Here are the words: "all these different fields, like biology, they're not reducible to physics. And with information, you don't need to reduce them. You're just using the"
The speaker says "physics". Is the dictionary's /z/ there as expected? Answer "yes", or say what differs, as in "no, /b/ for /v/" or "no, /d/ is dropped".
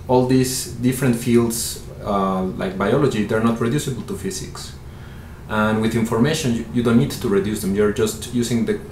no, /s/ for /z/